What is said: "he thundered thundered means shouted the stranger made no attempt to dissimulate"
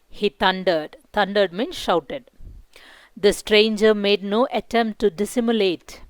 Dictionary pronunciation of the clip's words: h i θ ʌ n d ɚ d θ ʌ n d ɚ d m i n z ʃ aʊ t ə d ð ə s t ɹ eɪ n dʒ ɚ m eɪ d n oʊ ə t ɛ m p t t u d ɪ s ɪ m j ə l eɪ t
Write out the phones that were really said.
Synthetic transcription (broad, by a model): h i t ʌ n d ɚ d t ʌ n d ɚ d m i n ʃ aʊ t ə d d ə s t ɹ eɪ n dʒ ɚ m eɪ d n oʊ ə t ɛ m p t t u d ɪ s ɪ m j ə l eɪ t